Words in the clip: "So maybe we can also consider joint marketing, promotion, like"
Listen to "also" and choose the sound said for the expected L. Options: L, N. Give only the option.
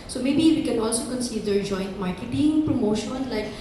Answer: L